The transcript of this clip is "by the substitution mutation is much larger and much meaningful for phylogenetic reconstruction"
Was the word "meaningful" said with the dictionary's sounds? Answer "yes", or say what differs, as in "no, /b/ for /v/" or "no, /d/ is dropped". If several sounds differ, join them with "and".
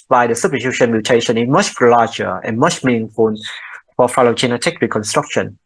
no, /n/ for /l/